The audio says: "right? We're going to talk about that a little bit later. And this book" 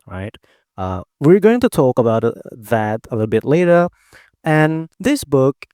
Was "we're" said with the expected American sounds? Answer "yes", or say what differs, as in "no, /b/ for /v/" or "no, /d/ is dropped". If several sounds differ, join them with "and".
yes